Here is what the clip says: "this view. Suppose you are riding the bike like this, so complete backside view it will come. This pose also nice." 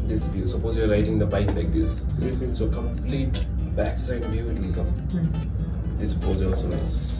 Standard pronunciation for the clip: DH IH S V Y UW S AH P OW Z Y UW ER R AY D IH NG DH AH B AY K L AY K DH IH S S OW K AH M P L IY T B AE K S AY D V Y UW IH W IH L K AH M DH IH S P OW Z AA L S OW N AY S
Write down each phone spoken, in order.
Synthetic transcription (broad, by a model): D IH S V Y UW S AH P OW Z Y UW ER R AY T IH NG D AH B AY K L AY K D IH S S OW K AH M P L IY T B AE K S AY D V IH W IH N K AH M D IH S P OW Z AA L S OW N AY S